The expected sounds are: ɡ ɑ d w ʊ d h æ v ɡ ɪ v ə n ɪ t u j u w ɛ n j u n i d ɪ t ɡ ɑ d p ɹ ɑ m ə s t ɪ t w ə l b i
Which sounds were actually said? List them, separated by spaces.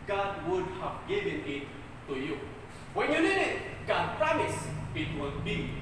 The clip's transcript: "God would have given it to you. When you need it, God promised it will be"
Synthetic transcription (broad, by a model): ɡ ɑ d w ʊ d h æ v ɡ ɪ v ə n ɪ t u j u w ɛ n j u l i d ɪ t ɡ ɑ d p ɹ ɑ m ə s ɪ t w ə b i